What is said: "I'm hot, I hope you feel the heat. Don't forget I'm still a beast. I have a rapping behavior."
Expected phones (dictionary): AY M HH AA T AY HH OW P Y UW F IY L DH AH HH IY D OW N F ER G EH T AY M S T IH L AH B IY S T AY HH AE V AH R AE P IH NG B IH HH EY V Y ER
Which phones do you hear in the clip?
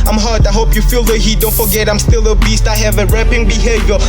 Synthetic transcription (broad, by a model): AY M HH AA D AY HH OW P Y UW F IY L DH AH HH IY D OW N F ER G EH T AY M S T IH L AH B IY S T AY HH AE V AH R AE P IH NG B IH HH EY V Y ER